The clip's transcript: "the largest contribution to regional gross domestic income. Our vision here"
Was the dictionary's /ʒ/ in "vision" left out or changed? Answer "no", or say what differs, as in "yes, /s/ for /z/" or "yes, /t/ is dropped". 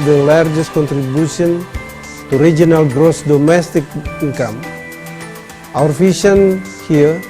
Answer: yes, /ʃ/ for /ʒ/